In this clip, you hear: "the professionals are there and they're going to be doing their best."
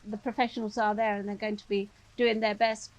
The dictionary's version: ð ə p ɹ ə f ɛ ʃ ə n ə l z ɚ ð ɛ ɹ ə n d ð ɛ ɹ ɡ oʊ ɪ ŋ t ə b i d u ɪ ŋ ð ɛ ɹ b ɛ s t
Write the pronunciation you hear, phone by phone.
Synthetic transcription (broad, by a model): ð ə p ɹ ə f ɛ ʃ ə n ə l z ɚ ð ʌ ɹ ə n ð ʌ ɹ ɡ oʊ ɪ ŋ t ə b i d u ɪ ŋ ð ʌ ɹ b ɛ s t